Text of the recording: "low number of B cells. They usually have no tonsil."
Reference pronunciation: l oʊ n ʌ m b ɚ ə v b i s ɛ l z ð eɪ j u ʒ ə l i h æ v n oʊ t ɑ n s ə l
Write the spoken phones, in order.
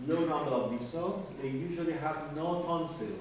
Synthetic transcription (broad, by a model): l oʊ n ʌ m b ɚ ə v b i s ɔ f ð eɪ j u ʒ ə l i h æ v n oʊ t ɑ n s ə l